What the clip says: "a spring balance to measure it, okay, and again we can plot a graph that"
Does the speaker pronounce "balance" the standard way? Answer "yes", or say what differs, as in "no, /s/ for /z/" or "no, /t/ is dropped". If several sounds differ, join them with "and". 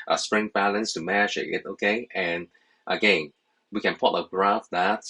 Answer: yes